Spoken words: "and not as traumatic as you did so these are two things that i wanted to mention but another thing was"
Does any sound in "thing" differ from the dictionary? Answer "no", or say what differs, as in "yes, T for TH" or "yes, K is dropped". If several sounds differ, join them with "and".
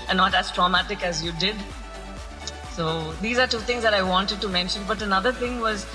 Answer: yes, T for TH